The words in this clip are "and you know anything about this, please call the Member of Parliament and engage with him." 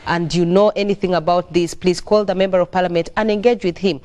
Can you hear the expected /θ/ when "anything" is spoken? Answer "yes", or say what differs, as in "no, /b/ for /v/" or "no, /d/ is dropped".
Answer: yes